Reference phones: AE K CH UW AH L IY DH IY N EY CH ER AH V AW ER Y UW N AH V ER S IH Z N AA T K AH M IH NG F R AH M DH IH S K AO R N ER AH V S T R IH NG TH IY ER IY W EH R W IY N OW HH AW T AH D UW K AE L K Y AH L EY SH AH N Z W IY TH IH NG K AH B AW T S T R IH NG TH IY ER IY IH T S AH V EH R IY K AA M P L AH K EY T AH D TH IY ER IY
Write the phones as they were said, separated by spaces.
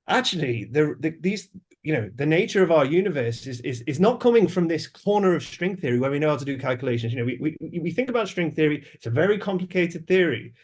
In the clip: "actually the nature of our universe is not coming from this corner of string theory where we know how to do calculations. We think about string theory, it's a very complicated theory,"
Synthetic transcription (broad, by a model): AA K CH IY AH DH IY DH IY N EY CH ER AH V AW ER Y UW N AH V ER S IH Z N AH T K AH M IH NG F R AH M DH IH S K AO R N ER AH V S T R IH NG TH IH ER IY W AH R W IY N OW HH AW T AH D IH K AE L K Y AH L EY SH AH N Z W IY TH IH NG K AH B AW T S T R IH NG TH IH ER IY IH T S AH V EH R IY K AA M P L AH K EY T AH D TH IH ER IY